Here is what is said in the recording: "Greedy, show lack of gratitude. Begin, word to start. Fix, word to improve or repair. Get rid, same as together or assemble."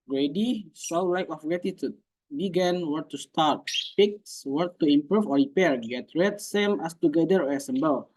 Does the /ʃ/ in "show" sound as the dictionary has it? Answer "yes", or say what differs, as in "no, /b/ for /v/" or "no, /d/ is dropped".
no, /s/ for /ʃ/